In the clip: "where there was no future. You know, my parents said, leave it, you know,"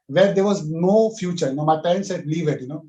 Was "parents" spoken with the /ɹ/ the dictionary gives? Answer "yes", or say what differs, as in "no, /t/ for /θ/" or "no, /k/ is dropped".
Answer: no, /ɹ/ is dropped